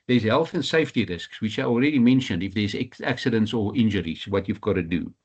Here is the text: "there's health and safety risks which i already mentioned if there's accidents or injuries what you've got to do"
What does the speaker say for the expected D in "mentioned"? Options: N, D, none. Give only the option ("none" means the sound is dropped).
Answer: D